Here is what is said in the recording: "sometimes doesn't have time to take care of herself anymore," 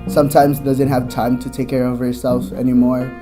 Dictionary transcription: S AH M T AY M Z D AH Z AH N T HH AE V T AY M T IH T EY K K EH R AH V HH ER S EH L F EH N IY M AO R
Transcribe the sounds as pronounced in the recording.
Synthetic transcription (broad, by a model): S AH M T AY M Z D AH Z AH N T HH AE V T AY M T IH T EY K K EH R AH V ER S EH L F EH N IY M AO R